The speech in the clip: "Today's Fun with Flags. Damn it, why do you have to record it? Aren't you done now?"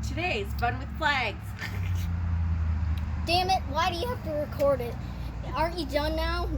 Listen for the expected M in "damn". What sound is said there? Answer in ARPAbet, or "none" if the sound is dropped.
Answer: M